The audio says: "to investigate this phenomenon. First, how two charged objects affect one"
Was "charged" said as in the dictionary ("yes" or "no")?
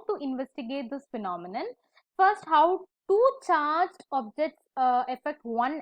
no